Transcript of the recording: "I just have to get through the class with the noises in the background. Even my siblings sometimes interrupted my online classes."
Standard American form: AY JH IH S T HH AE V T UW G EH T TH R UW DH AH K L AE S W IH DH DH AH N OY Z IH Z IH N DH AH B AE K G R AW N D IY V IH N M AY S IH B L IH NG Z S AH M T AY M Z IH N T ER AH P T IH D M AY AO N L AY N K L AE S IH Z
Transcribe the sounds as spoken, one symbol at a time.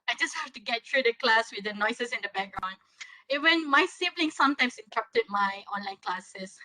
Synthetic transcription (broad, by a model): AY JH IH S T HH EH F T UW G EH T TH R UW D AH K L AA S W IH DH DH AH N OY S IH S IH N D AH B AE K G R AW N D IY W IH N M AY S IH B L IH NG S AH M T AY M S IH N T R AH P T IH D M AY AO N L AY N K L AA S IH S